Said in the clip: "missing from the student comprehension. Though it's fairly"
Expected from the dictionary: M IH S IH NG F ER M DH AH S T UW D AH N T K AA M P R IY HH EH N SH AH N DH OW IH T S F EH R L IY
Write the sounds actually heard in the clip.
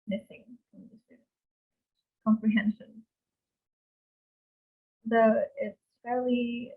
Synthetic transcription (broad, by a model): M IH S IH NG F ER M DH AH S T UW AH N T K AA M P R IY HH EH N SH AH N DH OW IH T S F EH R L IY